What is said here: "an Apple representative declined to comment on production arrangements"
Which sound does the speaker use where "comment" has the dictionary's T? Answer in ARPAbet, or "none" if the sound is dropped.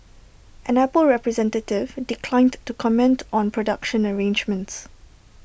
T